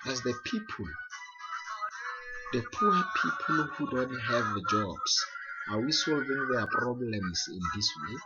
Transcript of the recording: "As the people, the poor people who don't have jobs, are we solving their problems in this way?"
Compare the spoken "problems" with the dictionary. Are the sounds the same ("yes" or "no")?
no